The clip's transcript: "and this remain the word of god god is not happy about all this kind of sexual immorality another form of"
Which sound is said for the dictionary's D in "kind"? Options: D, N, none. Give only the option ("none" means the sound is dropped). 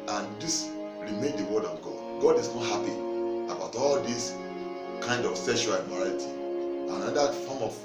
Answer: D